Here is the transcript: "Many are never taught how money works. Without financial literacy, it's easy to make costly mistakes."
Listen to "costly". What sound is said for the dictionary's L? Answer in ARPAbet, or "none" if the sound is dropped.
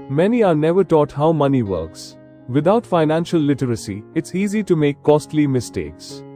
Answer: L